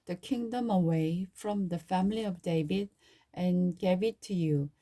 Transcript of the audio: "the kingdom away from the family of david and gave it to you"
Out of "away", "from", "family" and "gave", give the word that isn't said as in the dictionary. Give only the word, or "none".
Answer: none